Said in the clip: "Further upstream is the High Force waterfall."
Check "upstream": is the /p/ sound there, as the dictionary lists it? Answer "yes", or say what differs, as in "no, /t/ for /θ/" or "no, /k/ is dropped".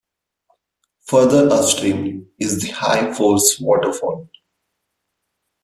no, /p/ is dropped